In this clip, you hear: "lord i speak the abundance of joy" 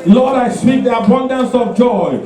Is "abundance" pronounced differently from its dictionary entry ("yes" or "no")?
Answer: no